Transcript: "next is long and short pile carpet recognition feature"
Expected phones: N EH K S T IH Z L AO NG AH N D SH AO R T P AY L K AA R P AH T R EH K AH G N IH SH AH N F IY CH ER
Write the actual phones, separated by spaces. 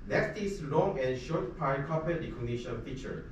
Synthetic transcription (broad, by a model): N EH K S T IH S L AO NG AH N SH AO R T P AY N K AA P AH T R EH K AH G N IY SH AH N F IY CH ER